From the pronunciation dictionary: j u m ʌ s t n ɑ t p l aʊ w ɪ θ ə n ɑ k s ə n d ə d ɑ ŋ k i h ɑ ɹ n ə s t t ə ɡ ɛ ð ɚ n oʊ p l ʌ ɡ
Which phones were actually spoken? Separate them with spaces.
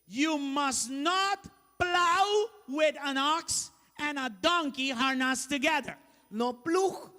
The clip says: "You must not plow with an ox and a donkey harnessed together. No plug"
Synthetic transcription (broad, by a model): j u m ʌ s n ɑ t p l aʊ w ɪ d ə n ɑ k s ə n ə d ɑ ŋ k i h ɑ ɹ n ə s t t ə ɡ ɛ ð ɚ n oʊ p l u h